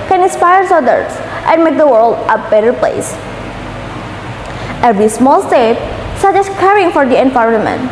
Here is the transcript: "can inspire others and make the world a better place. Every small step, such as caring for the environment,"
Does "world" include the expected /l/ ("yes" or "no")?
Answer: yes